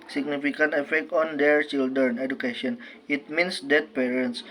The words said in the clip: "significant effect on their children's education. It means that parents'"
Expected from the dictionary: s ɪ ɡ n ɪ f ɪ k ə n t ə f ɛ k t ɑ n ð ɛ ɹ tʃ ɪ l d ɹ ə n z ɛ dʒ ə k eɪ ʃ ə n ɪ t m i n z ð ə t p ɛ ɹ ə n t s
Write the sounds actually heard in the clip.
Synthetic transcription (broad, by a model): s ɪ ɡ n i f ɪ k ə n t ə f ɛ k t ɑ n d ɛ ɹ tʃ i l d ɹ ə n ɛ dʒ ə k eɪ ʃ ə n ɪ t m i n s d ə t p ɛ ɹ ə n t s